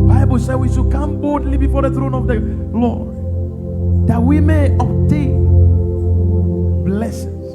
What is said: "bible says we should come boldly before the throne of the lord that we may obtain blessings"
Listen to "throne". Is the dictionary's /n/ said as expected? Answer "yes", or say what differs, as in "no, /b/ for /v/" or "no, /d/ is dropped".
yes